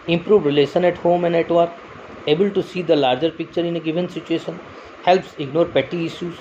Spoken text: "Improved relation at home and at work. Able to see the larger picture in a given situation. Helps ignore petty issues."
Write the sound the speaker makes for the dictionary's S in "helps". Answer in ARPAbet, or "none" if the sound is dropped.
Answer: S